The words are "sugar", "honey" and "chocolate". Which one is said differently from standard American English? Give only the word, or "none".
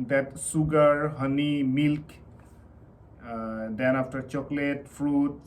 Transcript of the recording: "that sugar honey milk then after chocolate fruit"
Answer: sugar